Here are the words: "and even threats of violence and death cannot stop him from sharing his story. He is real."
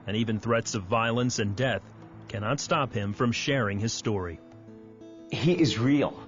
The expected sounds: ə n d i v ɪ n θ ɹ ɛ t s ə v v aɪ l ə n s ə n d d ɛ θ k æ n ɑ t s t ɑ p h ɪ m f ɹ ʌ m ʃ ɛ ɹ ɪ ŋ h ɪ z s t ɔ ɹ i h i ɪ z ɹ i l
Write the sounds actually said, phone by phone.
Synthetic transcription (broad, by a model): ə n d i v ɪ n θ ɹ ɛ t s ə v v aɪ l ə n s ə n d d ɛ θ k æ n ɑ t s t ɑ p h ɪ m f ɹ ʌ m ʃ ɛ ɹ ɪ ŋ ɪ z s t ɔ ɹ i h i ɪ z ɹ i l